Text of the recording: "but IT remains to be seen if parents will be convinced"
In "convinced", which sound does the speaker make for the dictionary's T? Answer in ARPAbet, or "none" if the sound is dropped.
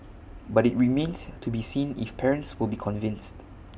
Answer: T